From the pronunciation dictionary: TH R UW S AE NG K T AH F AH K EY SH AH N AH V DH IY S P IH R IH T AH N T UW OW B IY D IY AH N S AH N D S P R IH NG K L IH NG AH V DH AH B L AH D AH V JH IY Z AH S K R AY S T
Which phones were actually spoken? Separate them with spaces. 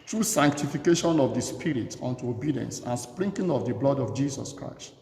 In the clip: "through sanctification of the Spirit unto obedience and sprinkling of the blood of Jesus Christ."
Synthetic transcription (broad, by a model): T R UW S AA NG K T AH F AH K EY SH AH N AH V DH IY S P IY R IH T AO N T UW OW B IY D IY AH N S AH N S P R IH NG K IH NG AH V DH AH B L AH D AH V JH IY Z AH S K R AY S T